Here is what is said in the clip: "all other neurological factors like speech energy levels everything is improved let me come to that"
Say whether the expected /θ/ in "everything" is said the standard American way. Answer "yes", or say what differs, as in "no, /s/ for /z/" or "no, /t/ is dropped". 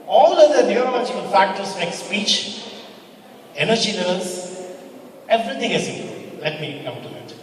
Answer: no, /t/ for /θ/